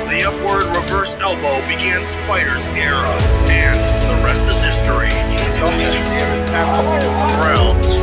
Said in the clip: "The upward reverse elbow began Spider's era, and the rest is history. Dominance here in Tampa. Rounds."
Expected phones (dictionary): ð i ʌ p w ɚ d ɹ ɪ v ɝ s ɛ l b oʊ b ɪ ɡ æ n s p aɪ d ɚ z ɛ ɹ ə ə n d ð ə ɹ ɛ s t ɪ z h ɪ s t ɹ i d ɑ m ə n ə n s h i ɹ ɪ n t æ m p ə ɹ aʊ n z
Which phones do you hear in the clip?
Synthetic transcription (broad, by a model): ð i ʌ p w ɚ d ɹ ɪ v ɝ s ɛ l b oʊ b ɪ ɡ æ n s p aɪ d ɚ z ɛ ɹ ə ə n ð ə ɹ ɛ s t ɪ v h ɪ s t ɹ i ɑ ə ə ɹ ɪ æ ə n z